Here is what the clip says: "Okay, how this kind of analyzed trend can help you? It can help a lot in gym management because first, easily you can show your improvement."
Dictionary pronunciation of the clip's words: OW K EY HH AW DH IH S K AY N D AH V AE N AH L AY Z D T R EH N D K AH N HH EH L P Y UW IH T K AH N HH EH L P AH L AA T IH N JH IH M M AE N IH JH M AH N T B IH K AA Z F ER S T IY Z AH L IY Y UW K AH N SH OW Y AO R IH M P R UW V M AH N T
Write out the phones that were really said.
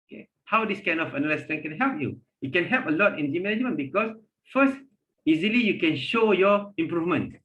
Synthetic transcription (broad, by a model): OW K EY HH AW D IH S K AY N D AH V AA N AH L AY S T EH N K AH N HH EH L P Y UW IH T K AH N HH EH L P AH L AA T IH N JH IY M M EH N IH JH M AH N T B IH K AA S F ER S T IY Z AH L IY Y UW K AH N SH OW Y AO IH M P R UW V M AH N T